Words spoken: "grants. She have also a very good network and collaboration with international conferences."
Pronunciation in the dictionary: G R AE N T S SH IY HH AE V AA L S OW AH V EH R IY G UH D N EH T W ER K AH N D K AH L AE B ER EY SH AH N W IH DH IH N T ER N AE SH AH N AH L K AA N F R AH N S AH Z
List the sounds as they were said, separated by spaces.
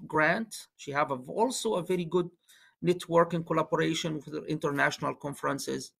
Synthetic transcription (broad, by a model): G R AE N T SH IY HH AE V AA L S OW AH V EH R IY G UH D N EH T W ER K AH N K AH L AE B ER EY SH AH N W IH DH IH N T ER N AE SH AH N AH L K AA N F R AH N S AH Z